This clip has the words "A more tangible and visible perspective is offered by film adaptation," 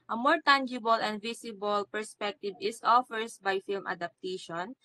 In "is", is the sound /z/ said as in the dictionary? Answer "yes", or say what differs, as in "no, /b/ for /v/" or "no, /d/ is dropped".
no, /s/ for /z/